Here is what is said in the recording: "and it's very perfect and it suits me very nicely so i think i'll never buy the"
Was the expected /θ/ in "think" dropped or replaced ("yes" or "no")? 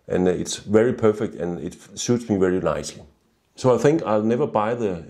no